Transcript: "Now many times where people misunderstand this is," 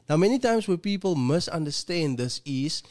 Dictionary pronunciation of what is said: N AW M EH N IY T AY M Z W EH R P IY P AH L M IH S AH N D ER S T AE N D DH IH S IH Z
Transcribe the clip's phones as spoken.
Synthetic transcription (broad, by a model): N AW M EH N IY T AY M S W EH P IY P AH L M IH S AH N D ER S T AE N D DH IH S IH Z